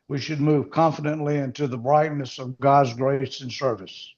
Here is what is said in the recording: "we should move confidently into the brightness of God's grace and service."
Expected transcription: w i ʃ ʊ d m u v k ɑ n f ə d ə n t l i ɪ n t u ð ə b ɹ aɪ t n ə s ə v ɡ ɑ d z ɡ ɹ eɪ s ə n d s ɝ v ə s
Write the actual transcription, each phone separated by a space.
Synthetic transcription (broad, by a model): w i ʃ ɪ d m u v k ɑ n f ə d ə n t l i ɪ n t u ð ə b ɹ aɪ t n ə s ə v ɡ ɑ d z ɡ ɹ eɪ s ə n s ɝ v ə s